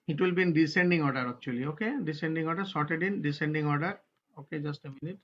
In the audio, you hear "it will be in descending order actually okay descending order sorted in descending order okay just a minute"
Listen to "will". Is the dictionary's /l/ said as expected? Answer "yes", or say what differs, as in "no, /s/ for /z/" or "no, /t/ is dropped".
yes